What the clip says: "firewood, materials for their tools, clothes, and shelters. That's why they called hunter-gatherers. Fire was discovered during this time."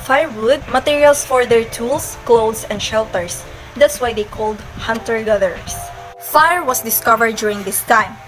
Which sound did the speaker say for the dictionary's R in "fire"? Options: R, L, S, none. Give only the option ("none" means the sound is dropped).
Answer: R